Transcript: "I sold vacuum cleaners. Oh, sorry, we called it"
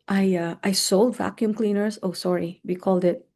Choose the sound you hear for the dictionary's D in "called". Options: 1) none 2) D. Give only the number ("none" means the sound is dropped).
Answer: 2